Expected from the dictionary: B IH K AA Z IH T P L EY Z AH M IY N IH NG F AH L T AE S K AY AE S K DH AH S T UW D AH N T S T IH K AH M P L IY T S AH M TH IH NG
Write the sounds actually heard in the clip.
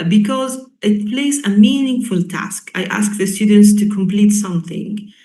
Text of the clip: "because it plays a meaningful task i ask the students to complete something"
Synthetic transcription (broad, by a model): B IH K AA Z IH T P L EY Z AH M IY N IH NG F AH L T AE S K AY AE S K DH AH S T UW D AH N T S T IH K AH M P L IY T S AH M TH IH NG